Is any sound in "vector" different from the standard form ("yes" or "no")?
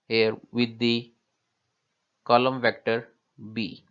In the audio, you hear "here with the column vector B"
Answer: no